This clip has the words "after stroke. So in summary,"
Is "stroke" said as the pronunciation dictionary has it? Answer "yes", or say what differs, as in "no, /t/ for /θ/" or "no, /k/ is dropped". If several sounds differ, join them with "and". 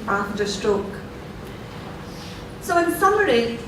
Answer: yes